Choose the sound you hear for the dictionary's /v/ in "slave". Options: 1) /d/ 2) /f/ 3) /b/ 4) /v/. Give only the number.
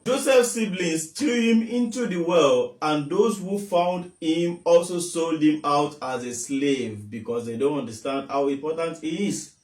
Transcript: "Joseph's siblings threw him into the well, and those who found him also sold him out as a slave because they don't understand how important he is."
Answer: 4